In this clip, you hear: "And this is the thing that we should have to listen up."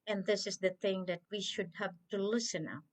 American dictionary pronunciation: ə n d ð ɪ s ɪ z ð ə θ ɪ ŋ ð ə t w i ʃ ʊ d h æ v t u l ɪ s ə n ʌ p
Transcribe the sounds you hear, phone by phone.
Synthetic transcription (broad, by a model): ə n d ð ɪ s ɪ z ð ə θ ɪ ŋ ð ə t w i ʃ ʊ d h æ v t u l ɪ s ə n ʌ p